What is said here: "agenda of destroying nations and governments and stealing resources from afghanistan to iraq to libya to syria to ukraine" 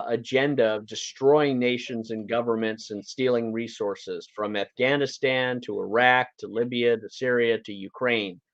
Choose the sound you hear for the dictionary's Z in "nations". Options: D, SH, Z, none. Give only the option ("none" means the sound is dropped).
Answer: Z